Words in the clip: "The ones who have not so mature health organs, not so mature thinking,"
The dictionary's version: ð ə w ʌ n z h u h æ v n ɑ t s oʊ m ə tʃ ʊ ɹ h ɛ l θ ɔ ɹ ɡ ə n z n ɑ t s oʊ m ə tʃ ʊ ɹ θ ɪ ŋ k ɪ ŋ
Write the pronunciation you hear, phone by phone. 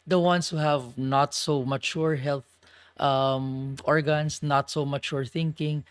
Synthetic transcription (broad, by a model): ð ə w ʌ n s h u h æ v n ɑ t s oʊ m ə tʃ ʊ ɹ h ɛ l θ ɔ ɹ ɡ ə n s n ɑ t s oʊ m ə tʃ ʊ ɹ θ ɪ ŋ k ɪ ŋ